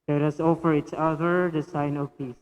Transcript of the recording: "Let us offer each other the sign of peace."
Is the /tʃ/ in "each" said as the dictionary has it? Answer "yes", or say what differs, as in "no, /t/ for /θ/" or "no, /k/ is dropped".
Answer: no, /s/ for /tʃ/